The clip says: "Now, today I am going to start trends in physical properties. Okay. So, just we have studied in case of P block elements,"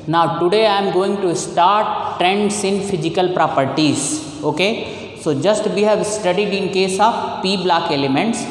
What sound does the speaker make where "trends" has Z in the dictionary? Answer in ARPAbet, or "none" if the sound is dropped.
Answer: S